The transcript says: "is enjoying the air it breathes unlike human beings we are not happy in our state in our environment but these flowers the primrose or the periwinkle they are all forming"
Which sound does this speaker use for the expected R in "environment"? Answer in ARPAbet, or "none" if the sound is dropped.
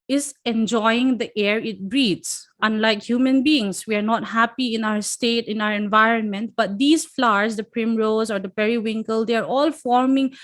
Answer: R